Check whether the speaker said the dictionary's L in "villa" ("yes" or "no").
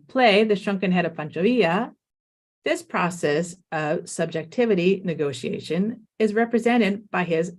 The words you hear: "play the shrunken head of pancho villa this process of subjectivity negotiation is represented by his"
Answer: no